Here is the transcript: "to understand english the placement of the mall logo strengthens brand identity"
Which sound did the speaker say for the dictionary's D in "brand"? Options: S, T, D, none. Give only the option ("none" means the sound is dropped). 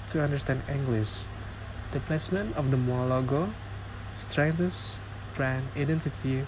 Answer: none